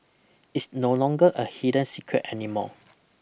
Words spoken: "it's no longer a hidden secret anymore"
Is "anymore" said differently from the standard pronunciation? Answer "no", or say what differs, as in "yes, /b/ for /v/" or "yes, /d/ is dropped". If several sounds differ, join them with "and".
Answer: yes, /l/ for /ɹ/